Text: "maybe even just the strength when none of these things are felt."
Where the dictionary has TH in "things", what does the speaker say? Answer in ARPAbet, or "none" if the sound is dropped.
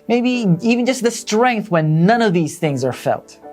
TH